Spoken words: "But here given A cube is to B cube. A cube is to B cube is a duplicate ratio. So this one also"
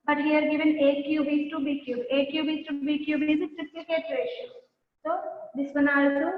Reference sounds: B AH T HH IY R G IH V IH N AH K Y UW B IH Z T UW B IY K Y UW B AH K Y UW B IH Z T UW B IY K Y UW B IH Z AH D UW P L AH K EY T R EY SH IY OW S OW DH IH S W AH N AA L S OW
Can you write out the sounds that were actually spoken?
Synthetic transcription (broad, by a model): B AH T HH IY R G IH V IH N AH K Y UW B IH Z T UW B IY K Y UW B AH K Y UW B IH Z T UW B IY K Y UW B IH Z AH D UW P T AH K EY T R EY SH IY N S OW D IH S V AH N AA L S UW